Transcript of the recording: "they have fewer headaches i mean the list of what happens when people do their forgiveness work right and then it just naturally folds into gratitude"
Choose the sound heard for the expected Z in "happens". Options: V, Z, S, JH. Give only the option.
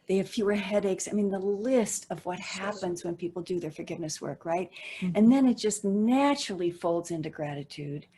Z